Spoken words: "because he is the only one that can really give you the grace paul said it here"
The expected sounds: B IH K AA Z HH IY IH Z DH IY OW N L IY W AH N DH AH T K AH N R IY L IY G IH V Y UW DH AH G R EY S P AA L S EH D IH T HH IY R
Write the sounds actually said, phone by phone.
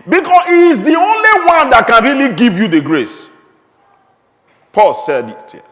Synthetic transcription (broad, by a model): B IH K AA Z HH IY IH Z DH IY OW N L IY W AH N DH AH T K AH N R IY L IY G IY V Y UW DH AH G R EY S P AA L S EH D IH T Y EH